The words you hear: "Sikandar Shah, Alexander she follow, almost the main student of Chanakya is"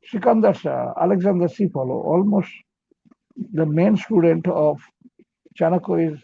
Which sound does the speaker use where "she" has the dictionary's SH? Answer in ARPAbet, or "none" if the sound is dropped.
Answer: S